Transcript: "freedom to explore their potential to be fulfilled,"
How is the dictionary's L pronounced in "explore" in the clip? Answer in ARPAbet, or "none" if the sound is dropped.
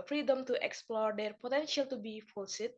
L